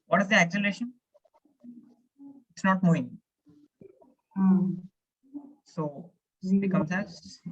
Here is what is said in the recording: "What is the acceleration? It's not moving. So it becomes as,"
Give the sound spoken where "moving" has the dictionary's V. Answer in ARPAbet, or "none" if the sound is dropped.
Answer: none